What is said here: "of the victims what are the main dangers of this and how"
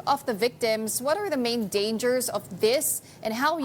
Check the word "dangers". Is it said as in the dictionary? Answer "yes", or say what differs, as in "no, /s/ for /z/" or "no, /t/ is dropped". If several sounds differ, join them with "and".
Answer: yes